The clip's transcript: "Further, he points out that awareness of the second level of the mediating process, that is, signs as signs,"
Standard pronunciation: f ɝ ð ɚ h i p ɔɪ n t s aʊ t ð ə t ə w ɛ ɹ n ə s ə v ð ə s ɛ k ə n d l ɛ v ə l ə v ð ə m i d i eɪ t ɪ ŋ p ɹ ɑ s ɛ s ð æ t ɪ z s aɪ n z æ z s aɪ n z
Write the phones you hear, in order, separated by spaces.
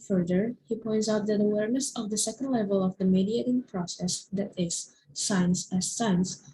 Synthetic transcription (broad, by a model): f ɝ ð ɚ h i p ɔɪ n t s aʊ t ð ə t ə w ɛ ɹ n ə s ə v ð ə s ɛ k ə n d l ɛ v ə l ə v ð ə m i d i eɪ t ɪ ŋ p ɹ ɑ s ɛ s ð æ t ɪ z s aɪ n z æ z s aɪ n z